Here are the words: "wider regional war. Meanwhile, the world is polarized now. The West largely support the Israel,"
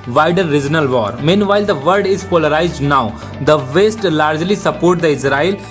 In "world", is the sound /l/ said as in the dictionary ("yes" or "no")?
no